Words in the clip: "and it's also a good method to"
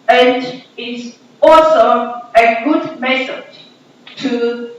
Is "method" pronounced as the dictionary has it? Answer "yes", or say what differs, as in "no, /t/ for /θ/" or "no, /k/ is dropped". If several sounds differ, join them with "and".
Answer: no, /s/ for /θ/